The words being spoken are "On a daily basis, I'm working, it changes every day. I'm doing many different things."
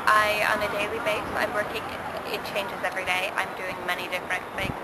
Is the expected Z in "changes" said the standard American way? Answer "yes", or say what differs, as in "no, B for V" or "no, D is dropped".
yes